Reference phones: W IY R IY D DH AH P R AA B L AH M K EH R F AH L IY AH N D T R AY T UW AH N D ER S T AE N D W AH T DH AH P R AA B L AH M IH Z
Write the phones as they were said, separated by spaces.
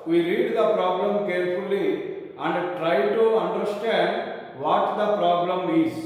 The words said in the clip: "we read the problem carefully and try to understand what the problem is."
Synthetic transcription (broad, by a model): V IY R IY D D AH P R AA B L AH M K EH R F AH L IY AH N D T R AY T UW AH N D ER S T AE N D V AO T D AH P R AA B L AH M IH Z